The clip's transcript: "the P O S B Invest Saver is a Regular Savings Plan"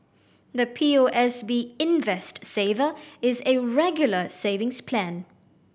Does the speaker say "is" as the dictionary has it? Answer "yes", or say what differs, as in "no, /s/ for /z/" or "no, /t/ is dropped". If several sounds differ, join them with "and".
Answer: yes